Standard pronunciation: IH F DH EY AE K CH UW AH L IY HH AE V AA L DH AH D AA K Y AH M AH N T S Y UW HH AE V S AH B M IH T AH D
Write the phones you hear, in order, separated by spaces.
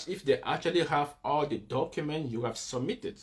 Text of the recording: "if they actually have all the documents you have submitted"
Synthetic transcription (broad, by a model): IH F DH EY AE K CH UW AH L IY HH AE V AA L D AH D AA K Y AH M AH N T Y UW HH AE V S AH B M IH T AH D